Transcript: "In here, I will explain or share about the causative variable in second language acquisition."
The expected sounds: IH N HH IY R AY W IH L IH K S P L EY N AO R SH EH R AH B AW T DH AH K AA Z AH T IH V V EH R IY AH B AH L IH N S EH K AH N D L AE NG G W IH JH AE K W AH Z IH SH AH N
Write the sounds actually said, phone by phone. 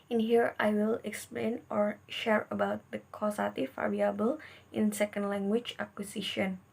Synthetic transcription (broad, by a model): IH N HH IY R AY W IH L IH K S P L EY N AO R SH EH R AH B AW T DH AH K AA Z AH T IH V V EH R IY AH B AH L IH N S EH K AH N D L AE NG G W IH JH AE K W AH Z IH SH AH N